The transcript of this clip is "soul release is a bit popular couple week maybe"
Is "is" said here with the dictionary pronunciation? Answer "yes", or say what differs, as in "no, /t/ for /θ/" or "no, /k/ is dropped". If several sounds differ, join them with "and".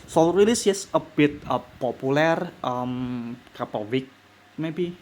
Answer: no, /s/ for /z/